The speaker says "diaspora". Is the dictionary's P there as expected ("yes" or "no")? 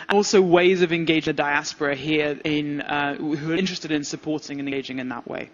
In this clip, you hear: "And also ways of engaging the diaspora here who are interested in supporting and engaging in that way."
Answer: yes